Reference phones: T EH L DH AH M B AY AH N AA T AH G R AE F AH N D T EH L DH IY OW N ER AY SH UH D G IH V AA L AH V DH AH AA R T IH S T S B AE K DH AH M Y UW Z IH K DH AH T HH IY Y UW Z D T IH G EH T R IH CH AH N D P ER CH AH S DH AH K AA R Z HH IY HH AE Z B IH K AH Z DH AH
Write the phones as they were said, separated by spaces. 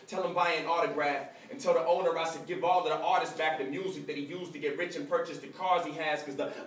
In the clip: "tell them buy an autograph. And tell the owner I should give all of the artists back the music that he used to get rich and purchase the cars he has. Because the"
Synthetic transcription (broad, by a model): T EH L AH M B AY AH N AA T AH G R AE F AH N T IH L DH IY OW N ER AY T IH G IH V AA L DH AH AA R T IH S S B AE K DH AH M Y UW Z IH K DH AH T HH IY Y UW Z T IH G EH T R IH CH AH N P ER CH AH S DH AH K AA R Z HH IY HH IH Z K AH Z DH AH